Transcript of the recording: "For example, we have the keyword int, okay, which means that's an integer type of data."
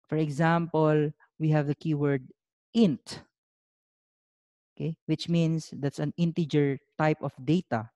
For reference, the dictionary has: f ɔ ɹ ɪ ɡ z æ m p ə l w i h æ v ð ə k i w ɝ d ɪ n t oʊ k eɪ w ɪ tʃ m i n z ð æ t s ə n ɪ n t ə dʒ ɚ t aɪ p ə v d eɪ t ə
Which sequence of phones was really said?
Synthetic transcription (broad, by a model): f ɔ ɹ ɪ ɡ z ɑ m p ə l w i h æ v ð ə k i w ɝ d ɪ n t oʊ k eɪ w ɪ tʃ m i n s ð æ t s ə n ɪ n t ə dʒ ɚ t aɪ p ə f d eɪ t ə